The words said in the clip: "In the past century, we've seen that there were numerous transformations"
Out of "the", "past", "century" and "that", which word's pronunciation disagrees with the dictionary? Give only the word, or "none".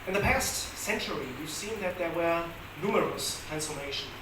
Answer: none